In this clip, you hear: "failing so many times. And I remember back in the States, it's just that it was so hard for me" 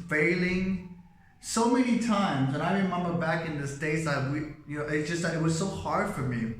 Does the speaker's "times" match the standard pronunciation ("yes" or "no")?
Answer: yes